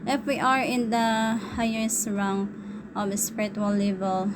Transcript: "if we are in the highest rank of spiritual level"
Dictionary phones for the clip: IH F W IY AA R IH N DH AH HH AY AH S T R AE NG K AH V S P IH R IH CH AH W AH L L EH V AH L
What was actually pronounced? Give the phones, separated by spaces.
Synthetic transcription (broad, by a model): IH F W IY AA R IH N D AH HH AY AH S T R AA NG AH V S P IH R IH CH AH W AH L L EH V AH L